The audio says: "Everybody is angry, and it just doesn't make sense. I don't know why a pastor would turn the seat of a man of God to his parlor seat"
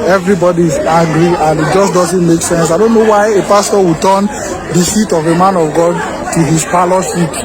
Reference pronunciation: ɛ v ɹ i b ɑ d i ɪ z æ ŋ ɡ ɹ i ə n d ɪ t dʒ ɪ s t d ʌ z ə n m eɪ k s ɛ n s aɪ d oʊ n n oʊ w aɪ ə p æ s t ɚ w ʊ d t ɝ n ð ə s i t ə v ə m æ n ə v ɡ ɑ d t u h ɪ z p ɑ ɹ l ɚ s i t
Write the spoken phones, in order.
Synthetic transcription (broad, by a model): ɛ v ɹ i b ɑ d i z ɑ ɡ ɹ i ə n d ɪ t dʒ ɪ s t d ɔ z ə n m eɪ k s ɛ n s aɪ d oʊ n n oʊ w aɪ ə p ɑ s t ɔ w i t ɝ n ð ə s i t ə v ə m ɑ n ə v ɡ ɑ d t u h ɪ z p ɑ l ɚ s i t